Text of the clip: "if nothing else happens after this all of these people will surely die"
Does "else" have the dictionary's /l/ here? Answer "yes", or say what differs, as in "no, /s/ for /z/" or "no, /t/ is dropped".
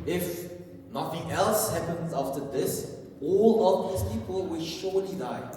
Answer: yes